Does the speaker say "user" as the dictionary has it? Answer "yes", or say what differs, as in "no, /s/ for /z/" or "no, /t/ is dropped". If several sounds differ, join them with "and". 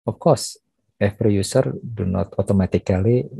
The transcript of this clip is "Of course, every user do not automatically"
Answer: no, /s/ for /z/